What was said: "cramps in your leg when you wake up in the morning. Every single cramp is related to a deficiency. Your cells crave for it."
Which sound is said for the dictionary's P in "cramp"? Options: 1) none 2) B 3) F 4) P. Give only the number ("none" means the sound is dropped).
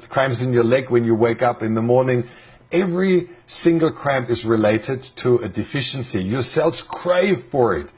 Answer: 1